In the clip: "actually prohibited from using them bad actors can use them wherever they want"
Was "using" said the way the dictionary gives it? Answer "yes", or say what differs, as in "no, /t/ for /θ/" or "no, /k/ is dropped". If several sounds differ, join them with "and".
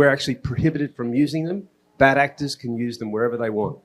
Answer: yes